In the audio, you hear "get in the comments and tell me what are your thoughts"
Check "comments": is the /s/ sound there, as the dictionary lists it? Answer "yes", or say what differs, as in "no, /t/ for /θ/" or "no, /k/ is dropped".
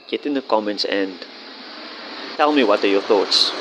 yes